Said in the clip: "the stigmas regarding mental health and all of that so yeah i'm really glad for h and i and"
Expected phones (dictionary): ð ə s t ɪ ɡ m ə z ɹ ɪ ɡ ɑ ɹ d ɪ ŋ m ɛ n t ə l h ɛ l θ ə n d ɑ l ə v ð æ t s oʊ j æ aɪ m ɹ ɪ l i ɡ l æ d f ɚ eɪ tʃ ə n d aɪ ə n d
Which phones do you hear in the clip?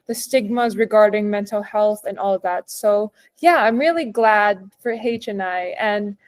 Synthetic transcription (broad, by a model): ð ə s t ɪ ɡ m ə z ɹ ɪ ɡ ɑ ɹ d ɪ ŋ m ɛ n t l h ɛ l θ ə n ɑ l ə v ð æ t s oʊ j æ aɪ m ɹ ɪ l i ɡ l æ d f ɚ eɪ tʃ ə n aɪ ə n